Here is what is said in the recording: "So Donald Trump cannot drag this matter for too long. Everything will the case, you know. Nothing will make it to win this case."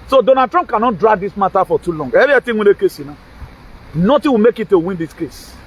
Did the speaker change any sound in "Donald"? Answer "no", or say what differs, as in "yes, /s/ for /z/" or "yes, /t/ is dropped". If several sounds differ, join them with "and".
yes, /l/ is dropped